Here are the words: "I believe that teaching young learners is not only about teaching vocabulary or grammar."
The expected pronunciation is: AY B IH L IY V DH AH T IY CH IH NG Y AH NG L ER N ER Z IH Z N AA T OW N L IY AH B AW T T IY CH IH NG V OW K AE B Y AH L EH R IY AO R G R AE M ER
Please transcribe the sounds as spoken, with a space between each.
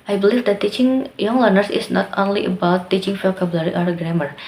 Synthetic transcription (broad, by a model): AY B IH L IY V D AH T IY CH IH NG Y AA NG L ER N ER S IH S N AA T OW N L IY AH B AW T T IY CH IH NG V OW K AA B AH L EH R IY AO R G R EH M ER